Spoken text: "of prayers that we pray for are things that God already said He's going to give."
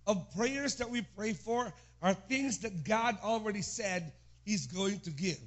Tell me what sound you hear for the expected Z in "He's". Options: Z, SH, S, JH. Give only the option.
Z